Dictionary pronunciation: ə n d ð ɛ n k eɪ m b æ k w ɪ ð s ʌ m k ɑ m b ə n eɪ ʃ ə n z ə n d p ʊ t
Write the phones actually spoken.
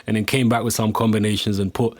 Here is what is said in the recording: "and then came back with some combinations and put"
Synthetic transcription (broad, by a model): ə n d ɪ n k eɪ m b æ k w ɪ ð s ʌ m k ɑ m b ə n eɪ ʃ ə n z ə n p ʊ t